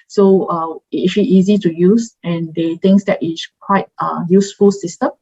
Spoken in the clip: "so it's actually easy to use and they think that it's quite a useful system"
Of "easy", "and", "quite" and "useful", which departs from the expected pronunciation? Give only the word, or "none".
none